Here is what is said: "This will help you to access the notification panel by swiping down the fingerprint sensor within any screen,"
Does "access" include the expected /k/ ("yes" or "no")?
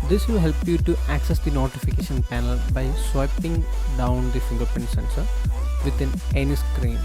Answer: yes